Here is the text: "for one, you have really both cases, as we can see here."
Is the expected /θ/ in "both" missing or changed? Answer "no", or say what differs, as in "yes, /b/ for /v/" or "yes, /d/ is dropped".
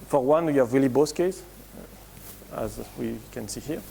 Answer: yes, /s/ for /θ/